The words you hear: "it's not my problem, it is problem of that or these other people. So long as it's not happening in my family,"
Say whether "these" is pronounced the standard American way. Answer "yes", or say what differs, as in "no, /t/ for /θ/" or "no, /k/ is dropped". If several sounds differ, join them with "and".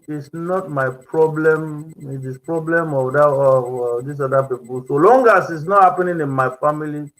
no, /s/ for /z/